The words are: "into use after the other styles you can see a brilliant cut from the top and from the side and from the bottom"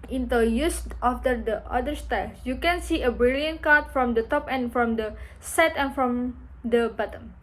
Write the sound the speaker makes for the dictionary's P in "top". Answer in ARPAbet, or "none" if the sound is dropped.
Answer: P